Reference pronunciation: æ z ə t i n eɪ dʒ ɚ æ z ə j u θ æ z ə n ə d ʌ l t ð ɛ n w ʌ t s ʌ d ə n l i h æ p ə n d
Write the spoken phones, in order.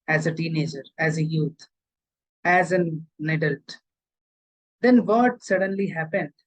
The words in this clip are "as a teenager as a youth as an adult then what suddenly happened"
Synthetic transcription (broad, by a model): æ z ə t i n eɪ dʒ ɚ æ z ə j u t æ z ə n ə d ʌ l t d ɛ n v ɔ t s ʌ d ə n l i h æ p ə n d